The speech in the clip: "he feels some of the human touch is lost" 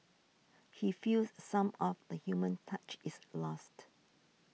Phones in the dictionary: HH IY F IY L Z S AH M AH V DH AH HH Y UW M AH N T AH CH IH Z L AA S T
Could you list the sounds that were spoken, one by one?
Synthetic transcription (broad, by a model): HH IY F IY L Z S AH M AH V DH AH HH Y UW M AH N T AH CH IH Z L AA S T